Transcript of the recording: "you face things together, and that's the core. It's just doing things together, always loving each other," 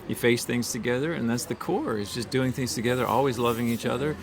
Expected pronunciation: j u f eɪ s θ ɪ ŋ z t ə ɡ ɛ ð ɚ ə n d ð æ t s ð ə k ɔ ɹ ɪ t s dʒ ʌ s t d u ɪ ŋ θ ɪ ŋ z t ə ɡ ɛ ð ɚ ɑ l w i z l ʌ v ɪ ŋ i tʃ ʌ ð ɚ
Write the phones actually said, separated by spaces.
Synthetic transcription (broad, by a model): j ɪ f eɪ s θ ɪ ŋ z t ə ɡ ɛ ð ɚ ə n ð æ t s ð ə k ɔ ɹ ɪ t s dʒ ʌ s d u ɪ ŋ θ ɪ ŋ z t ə ɡ ɛ ð ɚ ɑ l w i z l ʌ v ɪ ŋ i tʃ ʌ ð ɚ